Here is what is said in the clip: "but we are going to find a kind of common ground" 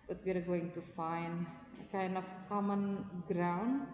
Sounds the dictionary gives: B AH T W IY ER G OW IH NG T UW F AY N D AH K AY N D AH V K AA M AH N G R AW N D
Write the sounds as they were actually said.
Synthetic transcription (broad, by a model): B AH T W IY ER G OW IH NG T UW F AY N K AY N AH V K AA M AH N G R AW N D